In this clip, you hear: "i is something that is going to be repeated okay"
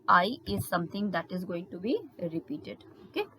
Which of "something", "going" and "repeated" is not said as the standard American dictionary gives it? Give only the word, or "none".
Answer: something